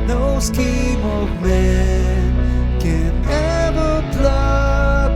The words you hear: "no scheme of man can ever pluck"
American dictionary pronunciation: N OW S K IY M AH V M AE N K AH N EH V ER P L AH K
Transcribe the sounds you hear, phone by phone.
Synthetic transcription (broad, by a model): N OW S K IY M AH V M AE N K AH N EH V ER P L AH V